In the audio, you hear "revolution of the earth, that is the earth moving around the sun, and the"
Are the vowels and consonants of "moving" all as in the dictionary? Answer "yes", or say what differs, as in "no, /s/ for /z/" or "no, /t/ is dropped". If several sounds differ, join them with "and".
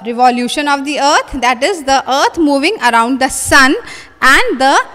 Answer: yes